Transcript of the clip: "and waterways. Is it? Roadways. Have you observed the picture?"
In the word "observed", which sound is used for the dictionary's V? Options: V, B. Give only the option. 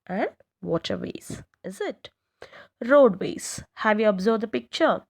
B